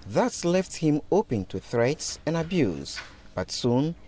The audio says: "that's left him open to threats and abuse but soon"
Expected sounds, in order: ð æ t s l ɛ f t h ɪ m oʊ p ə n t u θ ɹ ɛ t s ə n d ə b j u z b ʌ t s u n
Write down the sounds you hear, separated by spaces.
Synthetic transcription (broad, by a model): ð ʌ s l ɛ f t h ɪ m oʊ p ə n t u θ ɹ ɛ t s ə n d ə b j u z b ʌ t s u n